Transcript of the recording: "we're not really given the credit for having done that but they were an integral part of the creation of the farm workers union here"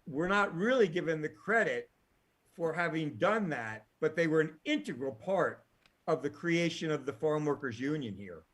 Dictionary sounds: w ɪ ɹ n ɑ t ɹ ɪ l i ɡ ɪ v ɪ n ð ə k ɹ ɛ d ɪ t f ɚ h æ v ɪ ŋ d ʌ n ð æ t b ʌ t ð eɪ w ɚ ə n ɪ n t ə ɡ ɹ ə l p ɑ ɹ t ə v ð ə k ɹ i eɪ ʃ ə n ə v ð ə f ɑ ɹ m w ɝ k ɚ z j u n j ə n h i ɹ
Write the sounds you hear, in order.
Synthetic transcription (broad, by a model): w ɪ ɹ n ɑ t ɹ ɪ l i ɡ ɪ v ɪ n ð ə k ɹ ɛ d ɪ t f ɚ h æ v ɪ ŋ d ʌ n ð æ t b ʌ t ð eɪ w ɚ ə n ɪ n t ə ɡ ɹ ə l p ɑ ɹ t ə v ð ə k ɹ i eɪ ʃ ə n ə v ð ə f ɑ ɹ m w ɝ k ɚ z j u n j ə n h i ɹ